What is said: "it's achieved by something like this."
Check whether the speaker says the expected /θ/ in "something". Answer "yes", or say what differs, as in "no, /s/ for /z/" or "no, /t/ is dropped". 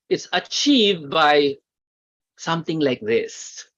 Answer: no, /t/ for /θ/